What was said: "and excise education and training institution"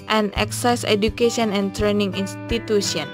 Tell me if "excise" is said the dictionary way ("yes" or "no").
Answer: yes